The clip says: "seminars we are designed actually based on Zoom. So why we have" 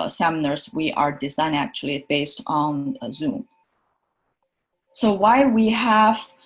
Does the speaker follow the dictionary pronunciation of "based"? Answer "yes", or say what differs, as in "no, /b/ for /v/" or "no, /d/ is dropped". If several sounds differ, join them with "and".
yes